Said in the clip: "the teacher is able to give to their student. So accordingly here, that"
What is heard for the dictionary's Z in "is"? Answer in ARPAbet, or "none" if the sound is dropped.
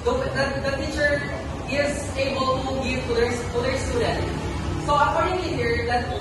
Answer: Z